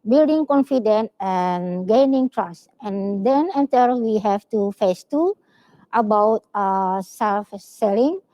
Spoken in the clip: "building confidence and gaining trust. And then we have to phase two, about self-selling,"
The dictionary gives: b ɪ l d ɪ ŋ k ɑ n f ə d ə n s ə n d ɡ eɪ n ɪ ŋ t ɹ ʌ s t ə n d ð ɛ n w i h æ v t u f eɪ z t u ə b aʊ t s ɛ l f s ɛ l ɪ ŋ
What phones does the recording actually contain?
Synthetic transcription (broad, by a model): b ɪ l d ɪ ŋ k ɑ n f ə d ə n ə n ɡ eɪ n ɪ ŋ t ɹ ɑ s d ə n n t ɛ l w i h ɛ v t u f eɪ s t u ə b aʊ t s ɛ l f s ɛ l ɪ ŋ